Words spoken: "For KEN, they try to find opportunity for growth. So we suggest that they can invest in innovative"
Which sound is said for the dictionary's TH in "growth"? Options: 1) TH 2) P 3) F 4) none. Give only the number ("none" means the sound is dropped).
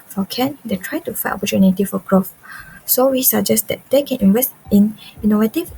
3